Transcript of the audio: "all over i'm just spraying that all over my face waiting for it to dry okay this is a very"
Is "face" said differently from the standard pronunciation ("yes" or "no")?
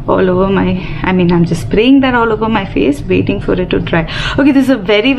no